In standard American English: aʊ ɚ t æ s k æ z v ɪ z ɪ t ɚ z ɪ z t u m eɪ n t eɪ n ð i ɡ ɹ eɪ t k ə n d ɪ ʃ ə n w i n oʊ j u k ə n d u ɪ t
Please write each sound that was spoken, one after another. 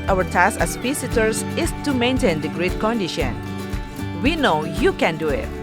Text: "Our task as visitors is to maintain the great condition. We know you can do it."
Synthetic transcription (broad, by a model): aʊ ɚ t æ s æ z p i s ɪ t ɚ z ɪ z t u m eɪ n t eɪ n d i ɡ ɹ eɪ t k ə n d ɪ ʃ ə n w i n oʊ j u k ə n d u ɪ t